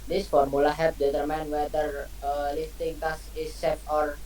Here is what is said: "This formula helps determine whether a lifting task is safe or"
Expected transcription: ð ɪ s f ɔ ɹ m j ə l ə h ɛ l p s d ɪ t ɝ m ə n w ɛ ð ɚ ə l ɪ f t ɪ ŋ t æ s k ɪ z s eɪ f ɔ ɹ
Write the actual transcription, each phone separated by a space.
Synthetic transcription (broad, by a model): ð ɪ s f ɔ ɹ m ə l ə h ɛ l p d ɪ t ɝ m ə n w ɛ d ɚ ə l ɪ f t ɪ ŋ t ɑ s ɪ s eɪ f ɔ ɹ